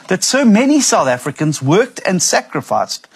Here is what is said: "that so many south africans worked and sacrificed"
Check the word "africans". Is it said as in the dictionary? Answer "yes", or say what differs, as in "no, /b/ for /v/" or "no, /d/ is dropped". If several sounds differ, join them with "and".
yes